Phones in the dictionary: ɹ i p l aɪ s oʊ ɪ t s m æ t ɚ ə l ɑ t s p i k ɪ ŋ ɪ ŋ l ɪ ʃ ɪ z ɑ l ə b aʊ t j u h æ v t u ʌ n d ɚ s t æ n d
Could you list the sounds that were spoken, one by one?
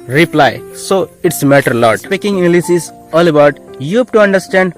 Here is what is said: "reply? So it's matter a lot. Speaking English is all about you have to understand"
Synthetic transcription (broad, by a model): ɹ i p l aɪ s oʊ ɪ t s m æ t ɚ l ɑ t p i k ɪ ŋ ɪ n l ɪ s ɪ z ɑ l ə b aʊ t j u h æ b t u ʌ n d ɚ s t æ n d